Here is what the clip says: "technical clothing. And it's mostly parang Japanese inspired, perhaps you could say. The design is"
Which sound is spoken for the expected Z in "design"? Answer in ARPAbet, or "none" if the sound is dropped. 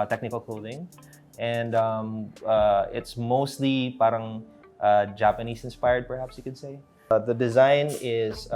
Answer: Z